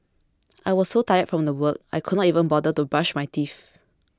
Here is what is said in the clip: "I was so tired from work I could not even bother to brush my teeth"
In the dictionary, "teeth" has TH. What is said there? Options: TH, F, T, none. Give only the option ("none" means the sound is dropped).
F